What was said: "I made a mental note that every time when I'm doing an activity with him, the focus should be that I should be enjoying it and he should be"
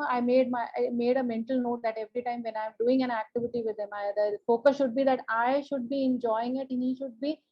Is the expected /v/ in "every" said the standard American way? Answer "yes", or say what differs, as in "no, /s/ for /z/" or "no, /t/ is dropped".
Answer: yes